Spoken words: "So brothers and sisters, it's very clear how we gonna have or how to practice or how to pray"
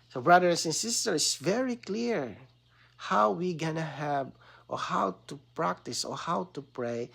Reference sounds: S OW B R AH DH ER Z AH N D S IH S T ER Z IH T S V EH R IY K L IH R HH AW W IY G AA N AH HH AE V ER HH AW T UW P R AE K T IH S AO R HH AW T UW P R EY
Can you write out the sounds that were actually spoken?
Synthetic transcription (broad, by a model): S OW B R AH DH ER S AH N S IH S T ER IH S V EH R IY K L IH R HH AW W IY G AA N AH HH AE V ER HH AW T UW P R AE K T IH S AO R HH AW T UW P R EY